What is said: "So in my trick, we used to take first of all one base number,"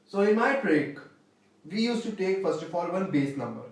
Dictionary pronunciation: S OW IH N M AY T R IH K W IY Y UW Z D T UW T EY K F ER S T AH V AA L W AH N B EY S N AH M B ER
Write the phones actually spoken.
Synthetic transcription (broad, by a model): S OW IH N M AY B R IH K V IY Y UW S T UW T EY K F ER S T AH F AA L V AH N B EY S N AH M B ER